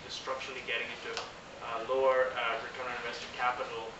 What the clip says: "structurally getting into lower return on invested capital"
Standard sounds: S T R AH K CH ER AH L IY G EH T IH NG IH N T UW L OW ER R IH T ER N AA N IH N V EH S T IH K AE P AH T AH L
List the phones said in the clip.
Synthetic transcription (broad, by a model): S T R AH K CH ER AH L IY G EH T IH NG IH N T UW L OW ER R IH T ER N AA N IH V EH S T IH K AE P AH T L